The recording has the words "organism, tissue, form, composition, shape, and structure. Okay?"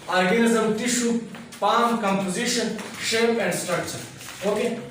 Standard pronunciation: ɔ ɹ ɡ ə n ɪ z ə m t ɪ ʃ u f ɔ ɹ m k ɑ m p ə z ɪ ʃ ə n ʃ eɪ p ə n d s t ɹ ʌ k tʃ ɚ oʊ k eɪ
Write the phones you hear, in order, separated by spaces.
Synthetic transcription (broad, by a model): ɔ ɹ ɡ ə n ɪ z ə m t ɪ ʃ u p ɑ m k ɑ m p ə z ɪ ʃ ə n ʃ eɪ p ə n d s t ɹ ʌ k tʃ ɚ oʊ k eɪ